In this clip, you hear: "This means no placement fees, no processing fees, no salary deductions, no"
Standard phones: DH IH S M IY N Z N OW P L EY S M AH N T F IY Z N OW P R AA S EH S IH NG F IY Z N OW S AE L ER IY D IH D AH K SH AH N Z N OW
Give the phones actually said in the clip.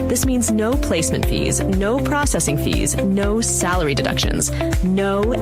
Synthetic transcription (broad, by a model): DH IH S M IY N Z N OW P L EY S M AH N T F IY Z N OW P R AA S EH S IH NG F IY Z N OW S AE L ER IY D IH D AH K SH AH N Z N OW